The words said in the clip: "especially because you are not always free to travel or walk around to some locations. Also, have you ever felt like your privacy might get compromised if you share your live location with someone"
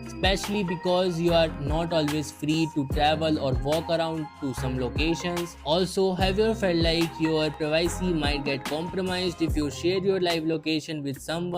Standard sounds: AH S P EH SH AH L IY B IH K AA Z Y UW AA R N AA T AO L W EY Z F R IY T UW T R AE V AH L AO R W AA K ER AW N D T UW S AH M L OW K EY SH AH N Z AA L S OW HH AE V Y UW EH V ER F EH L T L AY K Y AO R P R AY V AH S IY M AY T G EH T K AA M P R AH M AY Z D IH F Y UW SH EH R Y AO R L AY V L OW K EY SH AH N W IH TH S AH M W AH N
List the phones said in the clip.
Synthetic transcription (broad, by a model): S P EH SH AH L IY B IH K AA Z Y UW AA R N AA T AO L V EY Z F R IY T UW T R AE V AH L AO R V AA K ER AW N D T UW S AH M L OW K EY SH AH N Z AA L S OW HH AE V Y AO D F EH L T L AY K Y AO R P R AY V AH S IY M AY T G EH T K AA M P R AH M AY Z D IH F Y UW SH EH R Y AO R L AY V L OW K EY SH AH N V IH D S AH M